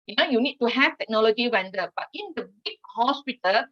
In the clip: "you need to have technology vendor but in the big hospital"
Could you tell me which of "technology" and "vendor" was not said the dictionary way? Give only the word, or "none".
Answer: vendor